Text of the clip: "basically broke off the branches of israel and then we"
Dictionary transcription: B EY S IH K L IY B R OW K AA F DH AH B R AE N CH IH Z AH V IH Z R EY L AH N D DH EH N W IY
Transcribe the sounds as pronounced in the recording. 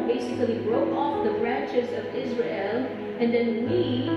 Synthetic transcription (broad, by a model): B EY S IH K L IY B R OW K AA F DH AH B R AE N CH IH Z AH V IH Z R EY L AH N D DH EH N W IY